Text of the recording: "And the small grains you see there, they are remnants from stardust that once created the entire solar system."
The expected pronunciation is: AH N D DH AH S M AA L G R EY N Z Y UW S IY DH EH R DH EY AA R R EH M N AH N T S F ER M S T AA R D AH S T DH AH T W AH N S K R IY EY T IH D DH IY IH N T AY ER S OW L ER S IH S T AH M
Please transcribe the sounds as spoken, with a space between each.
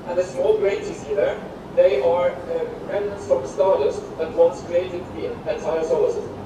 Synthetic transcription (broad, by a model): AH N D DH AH S M AA L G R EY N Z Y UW S IY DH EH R DH EY AA R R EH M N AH N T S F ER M S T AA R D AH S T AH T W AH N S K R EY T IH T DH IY IH N T AY ER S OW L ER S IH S